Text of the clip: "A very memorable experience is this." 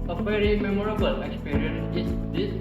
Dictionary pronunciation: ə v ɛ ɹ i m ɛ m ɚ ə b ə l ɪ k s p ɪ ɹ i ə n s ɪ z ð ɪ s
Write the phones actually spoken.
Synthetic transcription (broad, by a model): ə f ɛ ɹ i m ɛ m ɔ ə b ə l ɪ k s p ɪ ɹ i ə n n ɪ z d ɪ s